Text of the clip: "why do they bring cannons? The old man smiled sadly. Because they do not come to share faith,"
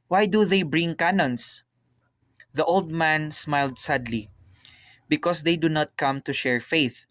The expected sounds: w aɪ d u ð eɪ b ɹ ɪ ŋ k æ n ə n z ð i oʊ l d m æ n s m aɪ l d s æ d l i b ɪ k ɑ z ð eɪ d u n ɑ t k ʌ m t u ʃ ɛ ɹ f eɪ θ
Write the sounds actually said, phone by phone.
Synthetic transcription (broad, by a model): w aɪ d u ð eɪ b ɹ ɪ ŋ k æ n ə n s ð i oʊ l d m æ n s m aɪ l d s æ d l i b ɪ k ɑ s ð eɪ d u n ɑ t k ʌ m t u ʃ ɛ ɹ f eɪ θ